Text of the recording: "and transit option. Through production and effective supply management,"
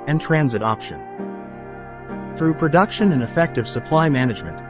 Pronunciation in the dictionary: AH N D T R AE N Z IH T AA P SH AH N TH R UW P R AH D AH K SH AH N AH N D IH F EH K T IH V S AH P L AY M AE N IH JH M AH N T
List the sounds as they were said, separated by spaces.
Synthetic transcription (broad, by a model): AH N T R AE N Z IH T AA P SH AH N TH R UW P R AH D AH K SH AH N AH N IH F EH K T IH V S AH P L AY M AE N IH JH M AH N T